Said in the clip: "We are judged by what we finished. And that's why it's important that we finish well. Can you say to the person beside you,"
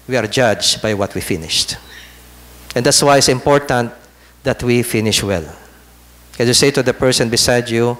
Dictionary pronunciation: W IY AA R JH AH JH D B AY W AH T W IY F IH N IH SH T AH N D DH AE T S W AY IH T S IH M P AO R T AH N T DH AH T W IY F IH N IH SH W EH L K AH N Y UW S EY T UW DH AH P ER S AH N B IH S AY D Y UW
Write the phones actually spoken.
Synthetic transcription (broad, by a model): W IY AA R JH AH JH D B AY W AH T W IY F IH N IH SH T AH N D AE T S W AY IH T S IH M P AO R T AH N T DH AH T W IY F IH N IH SH W EH L K AH N Y UW S EY T UW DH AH P ER S AH N B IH S AY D Y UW